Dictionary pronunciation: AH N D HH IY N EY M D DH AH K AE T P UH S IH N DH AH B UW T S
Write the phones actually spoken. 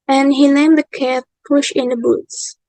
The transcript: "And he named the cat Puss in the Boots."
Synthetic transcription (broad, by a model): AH N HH IY L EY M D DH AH K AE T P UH SH IH N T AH B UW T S